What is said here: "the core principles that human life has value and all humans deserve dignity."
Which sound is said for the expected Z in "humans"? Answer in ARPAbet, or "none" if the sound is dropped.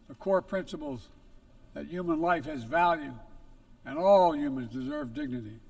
Z